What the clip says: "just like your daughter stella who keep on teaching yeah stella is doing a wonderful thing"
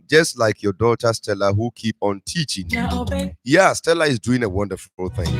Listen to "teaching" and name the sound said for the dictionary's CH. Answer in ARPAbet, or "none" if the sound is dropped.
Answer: CH